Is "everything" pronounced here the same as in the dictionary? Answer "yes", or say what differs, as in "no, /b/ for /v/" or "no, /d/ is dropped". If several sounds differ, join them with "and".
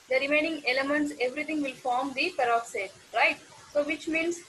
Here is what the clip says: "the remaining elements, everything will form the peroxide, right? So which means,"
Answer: no, /t/ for /θ/